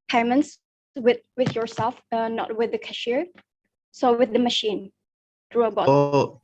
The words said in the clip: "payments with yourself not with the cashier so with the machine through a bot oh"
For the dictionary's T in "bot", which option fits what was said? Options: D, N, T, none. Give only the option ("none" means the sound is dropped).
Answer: none